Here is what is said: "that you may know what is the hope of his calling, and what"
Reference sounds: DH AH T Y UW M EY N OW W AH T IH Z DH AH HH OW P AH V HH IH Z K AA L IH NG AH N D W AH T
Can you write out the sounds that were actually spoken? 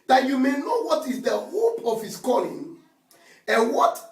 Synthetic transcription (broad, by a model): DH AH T Y UW M EY N OW W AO T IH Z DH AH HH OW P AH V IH S K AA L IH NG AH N W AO T